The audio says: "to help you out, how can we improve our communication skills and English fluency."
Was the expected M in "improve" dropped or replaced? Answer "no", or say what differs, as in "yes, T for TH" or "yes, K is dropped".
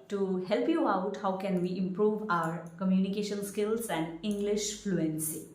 no